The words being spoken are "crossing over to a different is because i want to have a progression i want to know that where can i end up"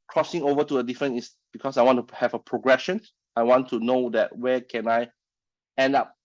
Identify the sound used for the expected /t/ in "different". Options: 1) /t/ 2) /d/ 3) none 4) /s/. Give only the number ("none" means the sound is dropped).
3